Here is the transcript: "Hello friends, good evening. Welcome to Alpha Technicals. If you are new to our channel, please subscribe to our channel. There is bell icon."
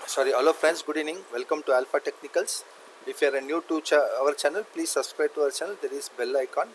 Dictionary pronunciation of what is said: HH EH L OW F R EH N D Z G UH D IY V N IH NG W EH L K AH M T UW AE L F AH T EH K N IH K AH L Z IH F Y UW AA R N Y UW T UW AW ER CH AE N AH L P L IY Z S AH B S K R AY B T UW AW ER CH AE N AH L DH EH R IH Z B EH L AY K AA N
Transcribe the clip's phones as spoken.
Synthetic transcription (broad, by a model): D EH L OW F R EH N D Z G UH D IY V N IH NG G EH L K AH M T UW AE L F AH T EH K N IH K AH L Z IH F Y UW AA R N Y UW T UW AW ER CH AE N AH L P L IY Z S AH B S K R AY B T UW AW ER CH AE N AH L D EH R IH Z B EH L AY K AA N